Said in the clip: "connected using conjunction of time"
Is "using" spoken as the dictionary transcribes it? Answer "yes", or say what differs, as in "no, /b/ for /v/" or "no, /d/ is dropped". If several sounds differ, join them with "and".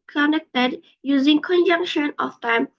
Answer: yes